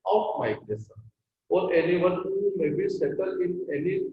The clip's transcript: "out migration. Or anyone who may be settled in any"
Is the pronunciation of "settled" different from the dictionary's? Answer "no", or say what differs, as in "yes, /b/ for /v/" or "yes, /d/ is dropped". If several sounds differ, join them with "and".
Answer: yes, /d/ is dropped